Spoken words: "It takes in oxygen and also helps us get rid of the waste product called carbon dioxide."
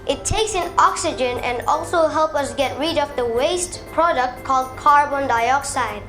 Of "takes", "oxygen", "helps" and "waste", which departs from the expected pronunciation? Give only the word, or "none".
helps